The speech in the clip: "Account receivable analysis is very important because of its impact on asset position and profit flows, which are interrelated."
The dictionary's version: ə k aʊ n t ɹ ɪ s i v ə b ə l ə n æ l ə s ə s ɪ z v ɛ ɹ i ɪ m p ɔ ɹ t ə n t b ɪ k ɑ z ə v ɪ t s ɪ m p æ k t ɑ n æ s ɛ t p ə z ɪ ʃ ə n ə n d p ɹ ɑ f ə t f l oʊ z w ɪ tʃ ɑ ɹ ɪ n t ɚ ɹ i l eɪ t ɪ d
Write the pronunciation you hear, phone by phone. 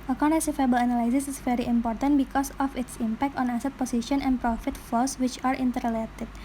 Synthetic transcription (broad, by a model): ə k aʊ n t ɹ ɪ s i f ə b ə l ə n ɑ l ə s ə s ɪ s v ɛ ɹ i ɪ m p ɔ ɹ t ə n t b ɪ k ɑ s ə f ɪ t s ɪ m p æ k t ɑ n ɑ s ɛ t p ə s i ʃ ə n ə n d p ɹ ɑ f ə t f l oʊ s w ɪ tʃ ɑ ɹ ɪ n t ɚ ɹ l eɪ t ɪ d